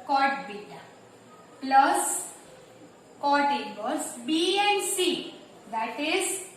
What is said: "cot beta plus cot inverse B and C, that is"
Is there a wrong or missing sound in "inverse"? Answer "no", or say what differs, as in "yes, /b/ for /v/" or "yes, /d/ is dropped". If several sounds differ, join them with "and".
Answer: yes, /b/ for /v/